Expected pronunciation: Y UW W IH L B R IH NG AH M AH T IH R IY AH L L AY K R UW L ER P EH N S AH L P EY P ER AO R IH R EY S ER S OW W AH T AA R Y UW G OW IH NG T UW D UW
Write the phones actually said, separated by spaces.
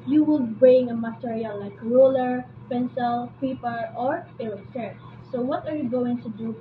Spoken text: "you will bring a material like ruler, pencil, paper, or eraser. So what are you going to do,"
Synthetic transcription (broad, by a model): Y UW W IH L B R IH NG AH M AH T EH R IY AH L L AY K R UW L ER P EH N S AH L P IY P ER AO R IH L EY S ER S OW W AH T AA R Y UW G OW IH NG T UW D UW